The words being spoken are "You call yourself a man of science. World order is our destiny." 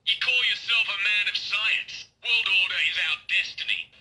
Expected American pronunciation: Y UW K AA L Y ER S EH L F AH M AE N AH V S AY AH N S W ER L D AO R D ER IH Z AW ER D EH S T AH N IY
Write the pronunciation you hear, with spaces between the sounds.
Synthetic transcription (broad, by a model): Y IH K AA L Y ER S EH L F AH M AE N AH V S AY AH N S W ER L D AO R D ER IH Z AW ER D EH S T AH N IY